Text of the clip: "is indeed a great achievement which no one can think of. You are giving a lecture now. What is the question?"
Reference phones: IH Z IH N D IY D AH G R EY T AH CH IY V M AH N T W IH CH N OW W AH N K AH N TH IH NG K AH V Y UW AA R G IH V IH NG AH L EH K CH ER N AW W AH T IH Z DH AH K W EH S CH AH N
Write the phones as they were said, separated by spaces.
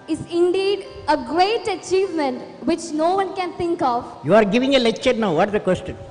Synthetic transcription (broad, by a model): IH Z IH N D IY D AH G R EY T AH CH IY V M AH N T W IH CH N OW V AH N K AH N T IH NG K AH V Y UW AA R G IH V IH NG AH L EH K CH ER N AW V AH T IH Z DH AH K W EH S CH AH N